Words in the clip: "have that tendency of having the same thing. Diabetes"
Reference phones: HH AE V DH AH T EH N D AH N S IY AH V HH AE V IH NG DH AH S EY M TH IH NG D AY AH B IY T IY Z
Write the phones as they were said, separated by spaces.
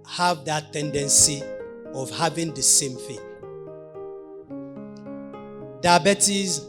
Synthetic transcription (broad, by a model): HH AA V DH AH T EH N D AH N S IY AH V HH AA V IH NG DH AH S EY M F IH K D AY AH B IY T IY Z